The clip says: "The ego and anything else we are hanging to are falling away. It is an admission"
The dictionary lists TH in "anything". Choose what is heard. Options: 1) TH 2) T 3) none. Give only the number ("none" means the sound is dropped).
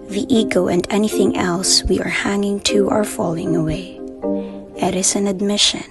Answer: 1